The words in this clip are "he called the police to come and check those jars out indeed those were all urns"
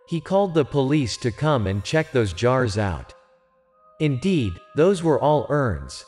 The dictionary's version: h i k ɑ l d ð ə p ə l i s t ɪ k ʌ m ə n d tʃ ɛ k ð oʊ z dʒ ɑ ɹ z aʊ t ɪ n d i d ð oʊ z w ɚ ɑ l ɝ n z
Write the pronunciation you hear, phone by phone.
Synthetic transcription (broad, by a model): h i k ɑ l d ð ə p ə l i s t ɪ k ʌ m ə n tʃ ɛ k ð oʊ z dʒ ɑ ɹ z aʊ t ɪ n d i d ð oʊ z w ɚ ɑ l ɝ n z